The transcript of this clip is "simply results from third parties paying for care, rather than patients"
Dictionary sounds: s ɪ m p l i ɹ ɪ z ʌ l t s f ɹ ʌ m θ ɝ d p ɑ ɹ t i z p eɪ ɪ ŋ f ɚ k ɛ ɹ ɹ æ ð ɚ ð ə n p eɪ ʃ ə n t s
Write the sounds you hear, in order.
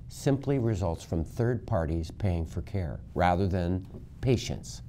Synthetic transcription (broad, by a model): s ɪ m p l i ɹ ɪ z ʌ l t s f ɹ ʌ m θ ɝ d p ɑ ɹ t i z p eɪ ɪ ŋ f ɚ k ɛ ɹ ɹ æ ð ɚ ð ə n p eɪ ʃ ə n t s